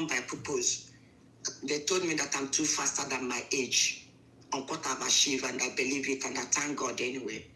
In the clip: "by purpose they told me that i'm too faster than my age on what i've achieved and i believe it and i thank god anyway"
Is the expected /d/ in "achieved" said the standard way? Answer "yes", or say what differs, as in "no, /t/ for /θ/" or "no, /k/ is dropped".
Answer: no, /d/ is dropped